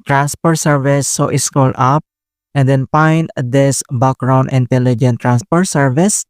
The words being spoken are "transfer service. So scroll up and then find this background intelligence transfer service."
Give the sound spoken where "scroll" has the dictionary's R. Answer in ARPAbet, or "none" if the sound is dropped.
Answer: none